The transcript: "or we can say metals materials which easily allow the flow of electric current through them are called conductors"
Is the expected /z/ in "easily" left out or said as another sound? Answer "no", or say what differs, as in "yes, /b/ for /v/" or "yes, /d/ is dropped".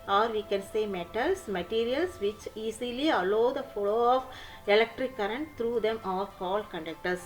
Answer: yes, /s/ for /z/